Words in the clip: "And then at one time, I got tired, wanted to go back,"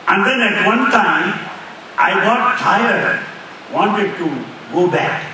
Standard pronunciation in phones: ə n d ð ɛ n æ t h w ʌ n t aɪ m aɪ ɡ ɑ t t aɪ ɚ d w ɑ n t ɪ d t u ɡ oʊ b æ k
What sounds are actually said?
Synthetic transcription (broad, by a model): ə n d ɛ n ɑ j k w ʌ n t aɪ aɪ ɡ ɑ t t aɪ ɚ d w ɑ n t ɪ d t u ɡ oʊ b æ k